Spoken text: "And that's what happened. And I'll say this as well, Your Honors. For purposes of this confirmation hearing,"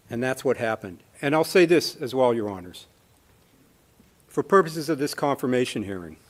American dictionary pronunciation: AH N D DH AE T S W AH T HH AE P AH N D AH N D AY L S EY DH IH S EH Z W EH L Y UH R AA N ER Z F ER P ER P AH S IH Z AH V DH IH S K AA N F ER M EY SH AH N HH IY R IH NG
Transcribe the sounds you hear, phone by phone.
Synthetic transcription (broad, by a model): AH N DH AE T S W AH T HH AE P AH N D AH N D AY L S EY DH IH S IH Z W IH L Y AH R AA N ER Z F ER P ER P AH S IH Z AH V DH IH S K AA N F ER M EY SH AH N HH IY R IH NG